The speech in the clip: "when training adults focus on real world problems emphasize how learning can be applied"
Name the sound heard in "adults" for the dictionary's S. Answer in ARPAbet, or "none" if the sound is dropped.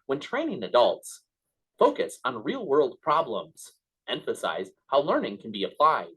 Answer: S